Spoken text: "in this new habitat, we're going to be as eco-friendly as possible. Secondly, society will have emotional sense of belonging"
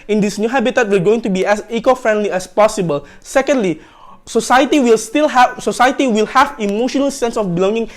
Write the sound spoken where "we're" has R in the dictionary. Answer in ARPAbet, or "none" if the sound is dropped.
L